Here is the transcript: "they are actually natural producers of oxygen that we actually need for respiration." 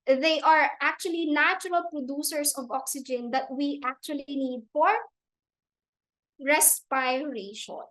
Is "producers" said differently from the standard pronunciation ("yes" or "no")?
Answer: yes